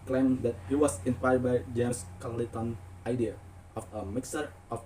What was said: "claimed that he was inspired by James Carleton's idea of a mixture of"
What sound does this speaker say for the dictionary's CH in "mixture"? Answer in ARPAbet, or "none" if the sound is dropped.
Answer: none